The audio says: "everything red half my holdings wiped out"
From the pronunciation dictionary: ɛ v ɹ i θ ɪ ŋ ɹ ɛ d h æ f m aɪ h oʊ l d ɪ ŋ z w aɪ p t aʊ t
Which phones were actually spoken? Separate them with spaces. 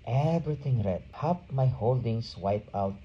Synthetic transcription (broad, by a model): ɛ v ɹ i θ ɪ ŋ ɹ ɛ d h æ p m aɪ h oʊ l d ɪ ŋ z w aɪ p aʊ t